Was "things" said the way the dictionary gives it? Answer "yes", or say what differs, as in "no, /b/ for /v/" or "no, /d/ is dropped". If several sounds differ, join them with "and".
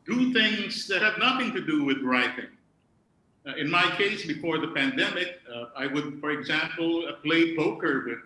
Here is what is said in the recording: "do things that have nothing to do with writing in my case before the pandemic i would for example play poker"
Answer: yes